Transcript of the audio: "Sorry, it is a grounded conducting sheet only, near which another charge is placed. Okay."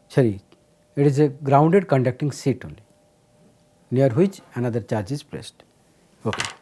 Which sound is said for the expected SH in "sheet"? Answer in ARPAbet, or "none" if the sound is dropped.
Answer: S